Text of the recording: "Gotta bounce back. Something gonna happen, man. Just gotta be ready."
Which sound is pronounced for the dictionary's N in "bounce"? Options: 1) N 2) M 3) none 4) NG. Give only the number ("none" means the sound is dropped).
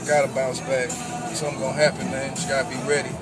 3